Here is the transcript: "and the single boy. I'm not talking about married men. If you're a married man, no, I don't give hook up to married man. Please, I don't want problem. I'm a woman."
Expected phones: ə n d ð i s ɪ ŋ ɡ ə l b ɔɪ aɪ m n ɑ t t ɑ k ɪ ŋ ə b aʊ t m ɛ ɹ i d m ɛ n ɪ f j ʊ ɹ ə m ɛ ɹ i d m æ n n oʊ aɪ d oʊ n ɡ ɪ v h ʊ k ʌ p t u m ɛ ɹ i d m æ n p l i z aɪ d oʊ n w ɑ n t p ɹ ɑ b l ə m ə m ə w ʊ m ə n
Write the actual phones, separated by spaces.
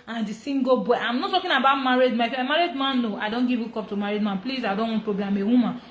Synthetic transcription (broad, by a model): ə n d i s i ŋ ɡ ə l b ɔɪ aɪ m n ɑ t t ɑ k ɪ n ə b aʊ t m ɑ ɹ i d m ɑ ɪ f ə m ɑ ɹ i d m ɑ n n oʊ aɪ d oʊ n ɡ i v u k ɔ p t u m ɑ ɹ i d m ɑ n p l i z aɪ d oʊ n w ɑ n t p ɹ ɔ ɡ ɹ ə m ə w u m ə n